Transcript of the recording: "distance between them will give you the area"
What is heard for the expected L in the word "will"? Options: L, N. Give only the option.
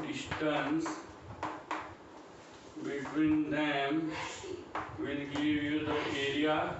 N